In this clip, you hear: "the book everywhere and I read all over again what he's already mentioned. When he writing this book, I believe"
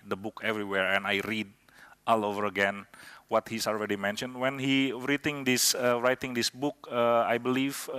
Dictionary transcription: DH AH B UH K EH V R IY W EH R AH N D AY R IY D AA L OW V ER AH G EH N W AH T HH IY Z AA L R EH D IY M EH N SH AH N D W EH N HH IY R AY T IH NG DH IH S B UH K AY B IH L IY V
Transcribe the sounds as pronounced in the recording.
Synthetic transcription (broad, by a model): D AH B UH K EH V R IY W EH R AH N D AY R IY D AA L OW V ER AH G EH N W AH T HH IY S AA L R EH D IY M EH N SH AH N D W EH N HH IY R AY T IH NG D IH S B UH K AY B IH L IY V